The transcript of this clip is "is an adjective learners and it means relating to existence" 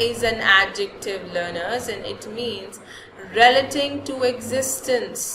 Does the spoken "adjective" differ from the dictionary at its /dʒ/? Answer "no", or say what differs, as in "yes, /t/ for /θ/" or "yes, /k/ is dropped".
no